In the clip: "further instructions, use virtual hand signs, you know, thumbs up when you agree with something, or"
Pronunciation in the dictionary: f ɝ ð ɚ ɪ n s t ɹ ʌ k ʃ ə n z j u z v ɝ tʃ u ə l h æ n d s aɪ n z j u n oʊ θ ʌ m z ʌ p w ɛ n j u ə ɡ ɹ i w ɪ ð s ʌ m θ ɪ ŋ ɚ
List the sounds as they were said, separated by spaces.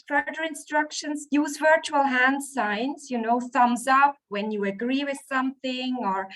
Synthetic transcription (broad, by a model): f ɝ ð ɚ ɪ n s t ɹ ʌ k ʃ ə n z j u z v ɝ tʃ u ə l h æ n d s aɪ n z j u n oʊ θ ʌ m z ʌ p w ɛ n j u ə ɡ ɹ i w ɪ ð s ʌ m θ ɪ ŋ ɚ